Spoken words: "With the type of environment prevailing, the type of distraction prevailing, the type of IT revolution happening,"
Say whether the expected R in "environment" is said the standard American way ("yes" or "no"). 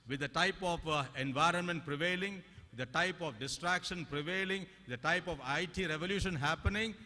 yes